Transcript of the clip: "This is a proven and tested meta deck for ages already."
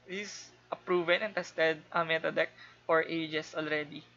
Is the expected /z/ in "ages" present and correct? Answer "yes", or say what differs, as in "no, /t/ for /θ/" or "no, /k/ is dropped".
no, /s/ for /z/